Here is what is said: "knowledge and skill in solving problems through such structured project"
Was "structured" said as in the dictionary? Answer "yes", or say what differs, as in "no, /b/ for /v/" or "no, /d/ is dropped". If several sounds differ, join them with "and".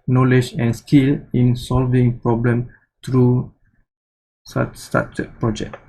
no, /k/ is dropped